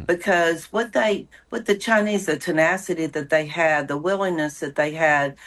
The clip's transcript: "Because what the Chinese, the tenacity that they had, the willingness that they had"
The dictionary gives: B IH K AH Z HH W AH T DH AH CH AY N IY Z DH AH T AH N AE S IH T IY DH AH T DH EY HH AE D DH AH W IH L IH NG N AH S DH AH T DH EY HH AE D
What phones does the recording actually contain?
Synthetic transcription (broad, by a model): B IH K AH Z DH W AH T DH AH CH AY N IY Z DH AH T AH N AE S IH T IY DH AH T DH EY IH D DH AH W IH L IH NG N AH S DH AH T DH EY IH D